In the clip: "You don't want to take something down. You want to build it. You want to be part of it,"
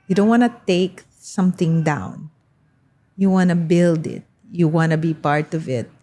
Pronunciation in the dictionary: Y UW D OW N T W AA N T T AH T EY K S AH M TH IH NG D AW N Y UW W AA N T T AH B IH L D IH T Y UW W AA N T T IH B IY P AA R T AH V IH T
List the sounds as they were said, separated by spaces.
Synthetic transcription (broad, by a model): Y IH D OW N T W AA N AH T EY K S AH M TH IH NG D AW N Y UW W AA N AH B IH L D IH T Y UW W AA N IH B IY P AA R T AH V IH T